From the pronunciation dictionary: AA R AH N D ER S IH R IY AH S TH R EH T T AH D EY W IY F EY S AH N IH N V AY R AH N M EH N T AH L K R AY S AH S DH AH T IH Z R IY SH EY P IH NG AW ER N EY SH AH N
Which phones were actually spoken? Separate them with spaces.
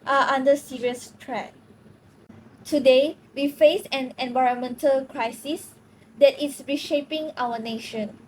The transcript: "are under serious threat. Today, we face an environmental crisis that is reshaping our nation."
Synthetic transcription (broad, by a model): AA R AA N D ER S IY R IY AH S T R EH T T AH D EY W IY F EY S AH N IH N V AY R AH N M EH N T AH L K R AY S AH S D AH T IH S R IY SH EY P IH NG AW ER N EY SH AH N